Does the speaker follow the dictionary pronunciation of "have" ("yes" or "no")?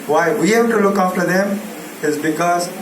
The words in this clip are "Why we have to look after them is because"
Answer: no